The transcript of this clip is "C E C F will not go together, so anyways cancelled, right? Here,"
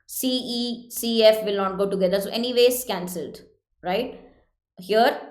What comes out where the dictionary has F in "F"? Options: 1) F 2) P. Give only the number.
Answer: 1